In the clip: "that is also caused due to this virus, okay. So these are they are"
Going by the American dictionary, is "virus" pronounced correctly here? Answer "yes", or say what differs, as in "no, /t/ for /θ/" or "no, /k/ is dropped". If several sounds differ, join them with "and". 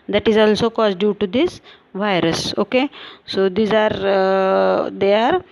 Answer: yes